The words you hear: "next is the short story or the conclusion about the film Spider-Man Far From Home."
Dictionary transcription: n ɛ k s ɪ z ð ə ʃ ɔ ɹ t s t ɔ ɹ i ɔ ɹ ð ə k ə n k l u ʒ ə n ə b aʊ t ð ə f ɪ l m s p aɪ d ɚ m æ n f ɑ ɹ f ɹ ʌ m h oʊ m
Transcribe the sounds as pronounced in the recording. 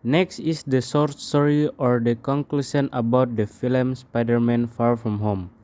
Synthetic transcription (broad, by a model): n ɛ k s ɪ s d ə s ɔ ɹ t s t ɔ ɹ i ɔ ɹ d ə k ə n k l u ʃ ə n ə b aʊ t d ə f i l m s p aɪ d ɚ m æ n f ɑ ɹ f ɹ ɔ m h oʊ m